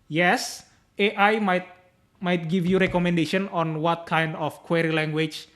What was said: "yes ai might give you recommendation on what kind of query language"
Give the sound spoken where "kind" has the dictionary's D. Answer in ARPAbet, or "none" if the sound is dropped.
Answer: D